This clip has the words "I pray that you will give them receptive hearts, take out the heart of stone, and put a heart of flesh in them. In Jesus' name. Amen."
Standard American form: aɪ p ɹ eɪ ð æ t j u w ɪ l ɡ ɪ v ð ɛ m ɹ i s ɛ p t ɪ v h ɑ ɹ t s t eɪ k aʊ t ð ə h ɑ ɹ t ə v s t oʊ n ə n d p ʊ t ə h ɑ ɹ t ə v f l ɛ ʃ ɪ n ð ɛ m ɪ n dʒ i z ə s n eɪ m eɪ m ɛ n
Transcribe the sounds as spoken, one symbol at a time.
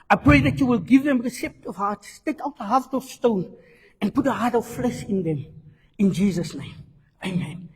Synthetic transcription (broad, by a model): aɪ p ɹ eɪ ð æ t j u w ɪ l ɡ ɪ v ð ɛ m ɹ i s ɛ p t ɪ v h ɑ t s t eɪ k aʊ t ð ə h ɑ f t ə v s t oʊ n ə n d p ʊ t ə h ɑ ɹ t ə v f l ɛ ʃ ɪ n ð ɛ m ɪ n dʒ i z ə s n eɪ m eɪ m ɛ n